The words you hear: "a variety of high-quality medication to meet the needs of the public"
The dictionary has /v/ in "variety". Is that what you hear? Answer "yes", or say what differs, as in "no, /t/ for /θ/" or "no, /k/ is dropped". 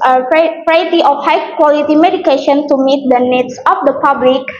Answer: no, /f/ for /v/